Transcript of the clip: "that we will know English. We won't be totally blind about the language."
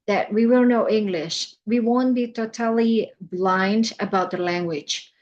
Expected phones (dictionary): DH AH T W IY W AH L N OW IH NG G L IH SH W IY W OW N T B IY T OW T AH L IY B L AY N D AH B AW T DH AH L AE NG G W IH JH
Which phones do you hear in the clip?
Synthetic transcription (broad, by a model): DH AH T W IY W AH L N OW IH NG G L IH SH W IY W OW N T B IY T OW T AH L IY B L AY N D AH B AW T DH AH L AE NG G W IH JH